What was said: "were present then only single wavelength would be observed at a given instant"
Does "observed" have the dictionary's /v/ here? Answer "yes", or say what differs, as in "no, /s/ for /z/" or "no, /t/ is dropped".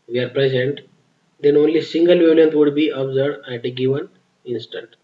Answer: no, /v/ is dropped